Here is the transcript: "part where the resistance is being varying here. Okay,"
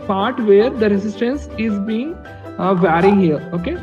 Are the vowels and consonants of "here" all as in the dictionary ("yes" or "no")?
no